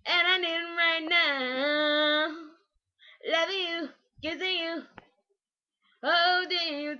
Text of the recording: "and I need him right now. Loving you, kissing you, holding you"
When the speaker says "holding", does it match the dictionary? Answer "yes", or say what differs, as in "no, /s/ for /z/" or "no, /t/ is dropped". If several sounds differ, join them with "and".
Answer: no, /l/ is dropped